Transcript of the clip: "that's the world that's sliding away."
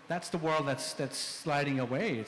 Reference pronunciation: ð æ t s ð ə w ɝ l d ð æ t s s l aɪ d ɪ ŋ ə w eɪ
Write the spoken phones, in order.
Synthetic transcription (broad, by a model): ð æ t s ð ə w ɝ l d ð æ t s s l aɪ d ɪ ŋ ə w eɪ